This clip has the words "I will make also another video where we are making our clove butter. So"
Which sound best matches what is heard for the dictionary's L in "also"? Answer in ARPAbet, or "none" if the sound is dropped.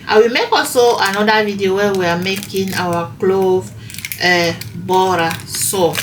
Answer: none